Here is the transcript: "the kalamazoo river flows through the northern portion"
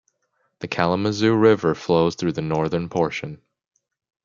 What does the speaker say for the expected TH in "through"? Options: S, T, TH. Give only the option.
TH